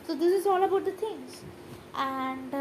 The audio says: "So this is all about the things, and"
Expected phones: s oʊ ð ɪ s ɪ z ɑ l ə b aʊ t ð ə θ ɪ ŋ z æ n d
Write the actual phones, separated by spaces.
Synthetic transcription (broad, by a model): s oʊ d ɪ s ɪ z ɑ l ə b aʊ t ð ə t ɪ ŋ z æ n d